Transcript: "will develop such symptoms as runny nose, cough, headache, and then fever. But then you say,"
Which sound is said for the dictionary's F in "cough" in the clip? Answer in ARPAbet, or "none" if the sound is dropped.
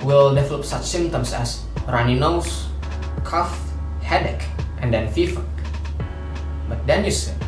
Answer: F